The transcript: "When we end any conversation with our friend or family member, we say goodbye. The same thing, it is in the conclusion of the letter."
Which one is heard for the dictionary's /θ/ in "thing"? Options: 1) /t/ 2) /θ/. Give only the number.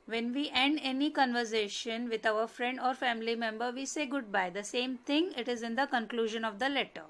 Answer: 1